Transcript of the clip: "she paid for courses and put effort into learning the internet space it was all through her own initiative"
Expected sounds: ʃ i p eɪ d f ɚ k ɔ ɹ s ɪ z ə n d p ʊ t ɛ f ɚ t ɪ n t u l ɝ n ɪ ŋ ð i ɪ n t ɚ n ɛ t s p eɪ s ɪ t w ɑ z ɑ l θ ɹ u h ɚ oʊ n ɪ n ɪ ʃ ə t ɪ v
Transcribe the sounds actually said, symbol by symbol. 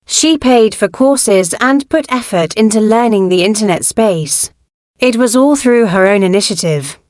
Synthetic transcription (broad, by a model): ʃ i p eɪ d f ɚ k ɔ s ɪ z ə n p ʊ t ɛ f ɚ t ɪ n t u l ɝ n ɪ ŋ ð i ɪ n t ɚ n ɛ t s p eɪ s ɪ t w ɑ z ɑ l θ ɹ u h ɚ oʊ n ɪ n ɪ ʃ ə t ɪ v